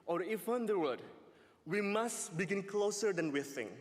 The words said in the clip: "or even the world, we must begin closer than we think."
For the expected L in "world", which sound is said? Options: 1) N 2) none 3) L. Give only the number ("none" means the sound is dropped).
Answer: 2